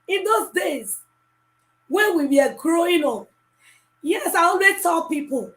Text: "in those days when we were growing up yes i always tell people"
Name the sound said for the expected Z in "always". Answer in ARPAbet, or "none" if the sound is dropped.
none